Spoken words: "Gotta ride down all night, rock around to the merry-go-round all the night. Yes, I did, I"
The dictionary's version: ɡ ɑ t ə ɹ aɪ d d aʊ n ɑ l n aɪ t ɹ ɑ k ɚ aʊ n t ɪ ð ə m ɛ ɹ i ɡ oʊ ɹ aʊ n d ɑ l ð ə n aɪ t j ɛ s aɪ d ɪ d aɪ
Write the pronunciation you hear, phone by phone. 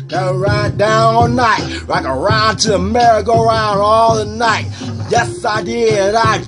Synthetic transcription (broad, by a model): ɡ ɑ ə ɹ aɪ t d aʊ n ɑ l n aɪ t l ɑ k ɚ aʊ n t ɪ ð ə m ɛ ɹ i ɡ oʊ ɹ aʊ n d ɑ l ð ə n aɪ t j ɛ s aɪ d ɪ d aɪ